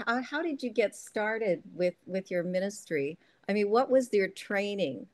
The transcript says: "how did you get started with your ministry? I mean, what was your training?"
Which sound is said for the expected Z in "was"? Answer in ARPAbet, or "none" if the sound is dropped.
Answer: Z